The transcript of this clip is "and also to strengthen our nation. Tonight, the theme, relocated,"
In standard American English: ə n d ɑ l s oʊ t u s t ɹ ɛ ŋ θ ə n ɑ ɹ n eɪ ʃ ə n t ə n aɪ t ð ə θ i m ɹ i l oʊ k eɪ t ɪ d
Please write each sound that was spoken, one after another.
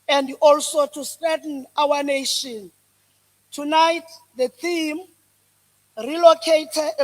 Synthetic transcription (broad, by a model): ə n d ɑ l s oʊ t u s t ɛ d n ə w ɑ n eɪ ʃ ə n t ə n aɪ t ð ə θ i m ɹ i l oʊ k eɪ t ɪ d